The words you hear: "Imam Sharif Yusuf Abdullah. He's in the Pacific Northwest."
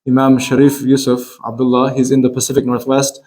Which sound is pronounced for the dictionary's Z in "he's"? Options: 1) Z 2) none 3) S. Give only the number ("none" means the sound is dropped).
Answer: 1